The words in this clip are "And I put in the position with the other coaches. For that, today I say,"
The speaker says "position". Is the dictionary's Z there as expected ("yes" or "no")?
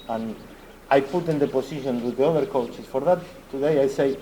no